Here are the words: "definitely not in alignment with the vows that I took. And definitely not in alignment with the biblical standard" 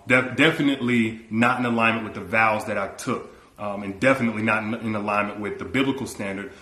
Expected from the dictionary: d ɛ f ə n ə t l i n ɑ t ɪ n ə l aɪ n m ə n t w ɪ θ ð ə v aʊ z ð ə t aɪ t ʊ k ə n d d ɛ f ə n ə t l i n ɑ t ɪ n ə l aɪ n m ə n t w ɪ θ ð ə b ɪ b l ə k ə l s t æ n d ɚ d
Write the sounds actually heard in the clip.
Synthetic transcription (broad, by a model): d ɛ f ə n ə t l i n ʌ t ɪ n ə l aɪ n m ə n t w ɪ ð ə v aʊ z ð ə t aɪ t ʊ k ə n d d ɛ f ə n ə t l i n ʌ t ɪ n ə l aɪ n m ə n t w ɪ ð ə b ɪ b l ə k l s t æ n d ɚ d